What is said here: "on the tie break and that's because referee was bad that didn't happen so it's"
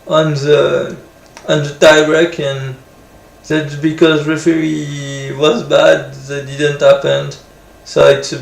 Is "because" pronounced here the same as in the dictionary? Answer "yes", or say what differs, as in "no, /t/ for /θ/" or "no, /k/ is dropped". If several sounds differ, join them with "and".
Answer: yes